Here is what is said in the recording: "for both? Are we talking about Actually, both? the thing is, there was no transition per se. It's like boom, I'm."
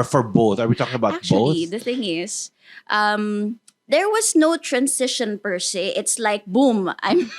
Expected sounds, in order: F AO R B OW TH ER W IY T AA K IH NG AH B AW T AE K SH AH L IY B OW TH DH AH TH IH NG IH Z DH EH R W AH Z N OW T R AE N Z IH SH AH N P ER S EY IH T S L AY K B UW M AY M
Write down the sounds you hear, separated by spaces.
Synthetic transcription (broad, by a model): F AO R B OW TH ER W IY T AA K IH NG AH B AW T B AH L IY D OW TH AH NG IH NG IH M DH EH R W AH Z N OW T R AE N S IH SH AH N P ER S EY IH T S L AY K B UW M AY M